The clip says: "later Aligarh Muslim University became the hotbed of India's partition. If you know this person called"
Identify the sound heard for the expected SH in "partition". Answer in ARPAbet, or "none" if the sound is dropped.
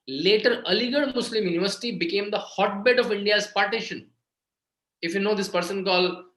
SH